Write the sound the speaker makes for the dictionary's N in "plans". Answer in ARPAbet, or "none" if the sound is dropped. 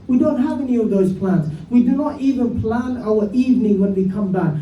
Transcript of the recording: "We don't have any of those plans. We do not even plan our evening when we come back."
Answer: N